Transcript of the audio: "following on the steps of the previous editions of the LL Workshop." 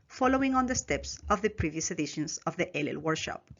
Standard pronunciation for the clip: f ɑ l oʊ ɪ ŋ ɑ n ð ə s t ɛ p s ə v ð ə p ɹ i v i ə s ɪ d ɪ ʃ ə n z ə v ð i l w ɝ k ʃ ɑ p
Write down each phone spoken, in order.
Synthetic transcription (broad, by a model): f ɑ l oʊ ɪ ŋ ɑ n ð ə s t ɛ p s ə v ð ə p ɹ i v i ə s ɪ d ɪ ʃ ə n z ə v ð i l w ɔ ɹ ʃ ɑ p